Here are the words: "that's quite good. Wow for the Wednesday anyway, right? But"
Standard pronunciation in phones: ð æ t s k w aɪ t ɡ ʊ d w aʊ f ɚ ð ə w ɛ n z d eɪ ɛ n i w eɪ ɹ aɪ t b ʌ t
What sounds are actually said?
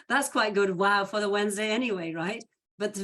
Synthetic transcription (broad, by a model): ð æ t s k w aɪ t ɡ ʊ d w aʊ f ɚ ð ə w ɛ n z d eɪ ɛ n i w eɪ ɹ aɪ t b ʌ t